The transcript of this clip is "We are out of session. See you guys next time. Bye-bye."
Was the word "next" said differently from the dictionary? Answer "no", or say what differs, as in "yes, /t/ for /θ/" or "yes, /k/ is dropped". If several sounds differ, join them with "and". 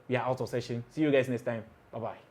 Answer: yes, /k/ is dropped